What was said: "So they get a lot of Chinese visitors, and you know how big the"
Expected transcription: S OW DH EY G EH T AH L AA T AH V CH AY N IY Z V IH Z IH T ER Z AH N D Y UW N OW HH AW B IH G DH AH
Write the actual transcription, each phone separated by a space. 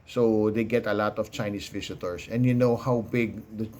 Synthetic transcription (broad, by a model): S OW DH EY G EH T AH L AA T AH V CH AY N IY S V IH S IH T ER S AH N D Y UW N OW HH AW B IH G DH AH